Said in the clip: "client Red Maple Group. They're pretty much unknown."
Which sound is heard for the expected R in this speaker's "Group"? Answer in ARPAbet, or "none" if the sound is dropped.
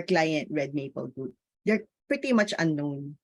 none